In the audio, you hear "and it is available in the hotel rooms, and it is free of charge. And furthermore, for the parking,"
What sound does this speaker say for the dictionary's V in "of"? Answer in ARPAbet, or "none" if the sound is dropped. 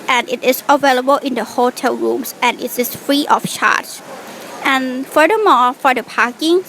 F